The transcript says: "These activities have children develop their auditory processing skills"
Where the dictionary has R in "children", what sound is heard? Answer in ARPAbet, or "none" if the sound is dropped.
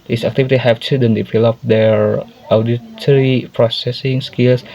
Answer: none